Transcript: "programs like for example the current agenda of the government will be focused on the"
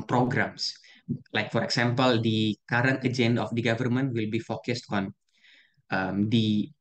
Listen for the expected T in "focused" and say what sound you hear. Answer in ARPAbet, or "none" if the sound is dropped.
T